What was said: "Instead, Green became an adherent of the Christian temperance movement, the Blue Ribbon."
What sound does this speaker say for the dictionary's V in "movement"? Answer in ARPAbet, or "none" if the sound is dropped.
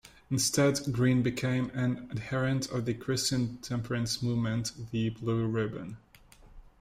V